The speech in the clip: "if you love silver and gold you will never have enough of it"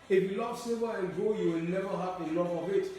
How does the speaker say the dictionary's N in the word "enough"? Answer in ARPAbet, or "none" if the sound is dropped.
L